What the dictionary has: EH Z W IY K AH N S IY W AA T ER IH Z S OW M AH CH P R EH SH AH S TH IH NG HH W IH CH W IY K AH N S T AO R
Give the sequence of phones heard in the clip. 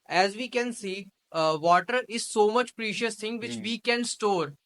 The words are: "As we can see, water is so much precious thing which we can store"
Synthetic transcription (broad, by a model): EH Z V IY K AH N S IY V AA T ER IH Z S OW M AH CH P R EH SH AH S T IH NG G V IH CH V IY K AH N S T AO R